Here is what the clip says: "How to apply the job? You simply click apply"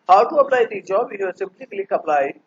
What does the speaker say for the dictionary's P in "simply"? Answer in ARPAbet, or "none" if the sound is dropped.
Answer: B